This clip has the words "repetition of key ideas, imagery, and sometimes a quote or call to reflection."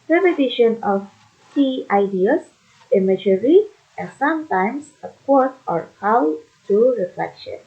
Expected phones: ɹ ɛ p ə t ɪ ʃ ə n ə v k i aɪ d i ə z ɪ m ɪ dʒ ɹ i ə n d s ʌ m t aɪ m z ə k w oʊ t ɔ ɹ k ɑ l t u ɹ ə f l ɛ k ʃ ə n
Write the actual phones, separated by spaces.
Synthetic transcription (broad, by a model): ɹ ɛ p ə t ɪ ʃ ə n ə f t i aɪ d i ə s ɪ m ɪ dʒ ɹ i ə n s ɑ m t aɪ m s ə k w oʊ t ɔ ɹ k ɑ w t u ɹ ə f l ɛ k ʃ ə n